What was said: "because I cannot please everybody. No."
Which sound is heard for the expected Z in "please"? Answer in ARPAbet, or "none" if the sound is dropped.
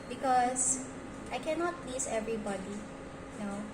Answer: S